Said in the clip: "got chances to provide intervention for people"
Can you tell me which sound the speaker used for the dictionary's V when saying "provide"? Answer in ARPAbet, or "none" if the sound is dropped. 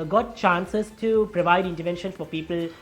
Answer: V